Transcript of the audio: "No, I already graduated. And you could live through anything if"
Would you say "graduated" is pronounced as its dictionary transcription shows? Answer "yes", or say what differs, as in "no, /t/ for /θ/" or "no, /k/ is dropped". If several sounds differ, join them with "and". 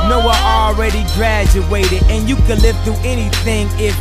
yes